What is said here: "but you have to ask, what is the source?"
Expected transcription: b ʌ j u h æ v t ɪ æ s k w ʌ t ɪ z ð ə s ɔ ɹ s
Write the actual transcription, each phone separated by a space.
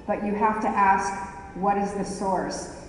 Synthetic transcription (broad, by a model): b ʌ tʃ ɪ h æ f t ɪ æ s k w ʌ t ɪ z ð ə s ɔ ɹ s